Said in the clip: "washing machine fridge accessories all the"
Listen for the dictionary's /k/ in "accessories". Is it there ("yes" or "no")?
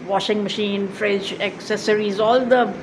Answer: yes